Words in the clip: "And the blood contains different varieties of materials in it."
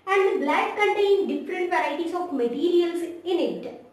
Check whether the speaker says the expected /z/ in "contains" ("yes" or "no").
no